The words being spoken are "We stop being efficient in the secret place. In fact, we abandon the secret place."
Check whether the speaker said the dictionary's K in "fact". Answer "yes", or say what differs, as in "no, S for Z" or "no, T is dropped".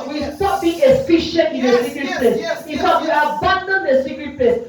no, K is dropped